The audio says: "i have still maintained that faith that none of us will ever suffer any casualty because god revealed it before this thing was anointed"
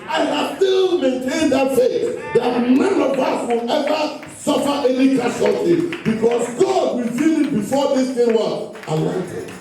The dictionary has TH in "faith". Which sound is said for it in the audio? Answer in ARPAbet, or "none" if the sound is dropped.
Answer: S